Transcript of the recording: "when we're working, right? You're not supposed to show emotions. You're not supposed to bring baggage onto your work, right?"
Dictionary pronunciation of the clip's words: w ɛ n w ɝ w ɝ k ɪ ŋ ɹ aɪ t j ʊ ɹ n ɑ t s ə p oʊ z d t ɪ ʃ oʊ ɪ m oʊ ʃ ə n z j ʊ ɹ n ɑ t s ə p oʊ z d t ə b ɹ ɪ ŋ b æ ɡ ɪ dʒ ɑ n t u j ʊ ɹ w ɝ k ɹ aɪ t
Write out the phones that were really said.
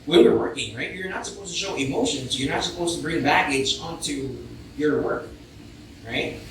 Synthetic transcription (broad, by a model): w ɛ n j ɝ w ɝ k ɪ ŋ ɹ aɪ t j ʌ ɹ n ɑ t s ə p oʊ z t ɪ ʃ oʊ ɪ m oʊ ʃ ə n z j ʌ ɹ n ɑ t s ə p oʊ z t ə b ɹ ɪ ŋ b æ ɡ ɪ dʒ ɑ n t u j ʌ ɹ w ɝ k ɹ aɪ t